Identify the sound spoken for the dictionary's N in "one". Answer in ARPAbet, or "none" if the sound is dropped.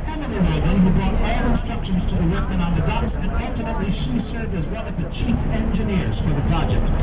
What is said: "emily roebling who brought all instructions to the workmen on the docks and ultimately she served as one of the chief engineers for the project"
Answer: L